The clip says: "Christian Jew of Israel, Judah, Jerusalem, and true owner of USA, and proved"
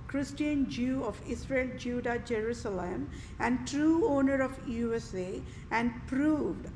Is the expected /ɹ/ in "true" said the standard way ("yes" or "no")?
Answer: yes